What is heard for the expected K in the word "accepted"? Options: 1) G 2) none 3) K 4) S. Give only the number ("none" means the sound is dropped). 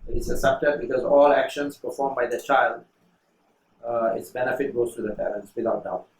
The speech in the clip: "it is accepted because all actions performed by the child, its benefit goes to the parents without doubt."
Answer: 2